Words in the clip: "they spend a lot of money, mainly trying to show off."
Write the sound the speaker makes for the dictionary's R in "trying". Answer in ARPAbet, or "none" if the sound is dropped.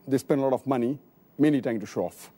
none